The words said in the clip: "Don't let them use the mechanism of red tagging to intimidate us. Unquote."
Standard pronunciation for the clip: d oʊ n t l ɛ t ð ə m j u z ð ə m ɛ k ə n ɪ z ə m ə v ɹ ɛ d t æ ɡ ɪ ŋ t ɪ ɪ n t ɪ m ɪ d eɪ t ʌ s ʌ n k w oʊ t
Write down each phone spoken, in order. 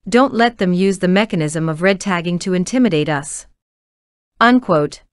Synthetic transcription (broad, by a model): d oʊ n t l ɛ t ð ə m j u z ð ə m ɛ k ə n ɪ z ə m ə v ɹ ɛ d t æ ɡ ɪ ŋ t ɪ ɪ n t ɪ m ɪ d eɪ t ʌ s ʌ n k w oʊ t